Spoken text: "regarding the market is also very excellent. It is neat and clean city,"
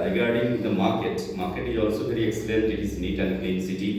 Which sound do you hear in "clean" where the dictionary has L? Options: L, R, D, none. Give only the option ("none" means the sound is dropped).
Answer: none